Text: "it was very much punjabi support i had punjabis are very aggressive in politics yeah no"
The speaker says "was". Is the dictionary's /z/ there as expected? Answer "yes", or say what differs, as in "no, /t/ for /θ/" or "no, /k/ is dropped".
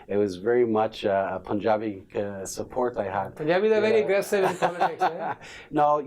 yes